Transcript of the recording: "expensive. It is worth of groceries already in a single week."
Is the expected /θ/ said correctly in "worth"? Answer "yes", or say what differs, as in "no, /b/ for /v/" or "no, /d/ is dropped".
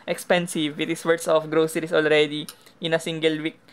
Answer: no, /s/ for /θ/